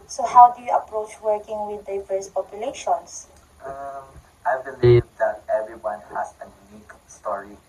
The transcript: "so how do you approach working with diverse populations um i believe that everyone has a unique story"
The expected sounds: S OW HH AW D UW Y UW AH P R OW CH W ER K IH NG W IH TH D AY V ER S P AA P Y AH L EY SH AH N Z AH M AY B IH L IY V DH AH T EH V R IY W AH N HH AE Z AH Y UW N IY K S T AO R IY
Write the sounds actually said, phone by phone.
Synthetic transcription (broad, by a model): S OW HH AW D UW Y UW AH P R OW CH W ER K IH NG W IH D AY V ER S P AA P Y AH L EY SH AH N S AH M AY B IH L IY V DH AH T EH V R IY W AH N HH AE AH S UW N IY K S T AO R IY